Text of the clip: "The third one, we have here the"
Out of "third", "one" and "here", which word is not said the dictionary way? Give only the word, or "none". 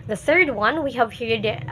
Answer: none